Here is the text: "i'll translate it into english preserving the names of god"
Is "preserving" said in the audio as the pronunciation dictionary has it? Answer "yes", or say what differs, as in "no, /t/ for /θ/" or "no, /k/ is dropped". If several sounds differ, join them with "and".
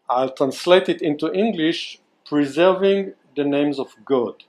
yes